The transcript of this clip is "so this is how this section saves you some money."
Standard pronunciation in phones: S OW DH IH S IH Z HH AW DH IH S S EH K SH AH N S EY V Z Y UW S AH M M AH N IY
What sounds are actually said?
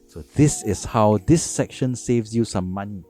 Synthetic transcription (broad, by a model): S OW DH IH S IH S HH AW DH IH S S EH K SH AH N S EY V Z Y UW S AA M M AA N IY